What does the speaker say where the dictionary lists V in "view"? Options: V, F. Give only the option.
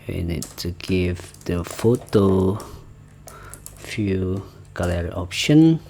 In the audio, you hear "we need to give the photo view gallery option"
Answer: F